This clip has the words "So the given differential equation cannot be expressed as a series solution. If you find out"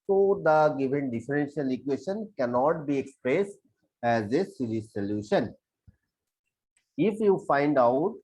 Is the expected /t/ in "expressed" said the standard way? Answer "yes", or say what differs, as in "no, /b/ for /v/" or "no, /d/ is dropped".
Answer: yes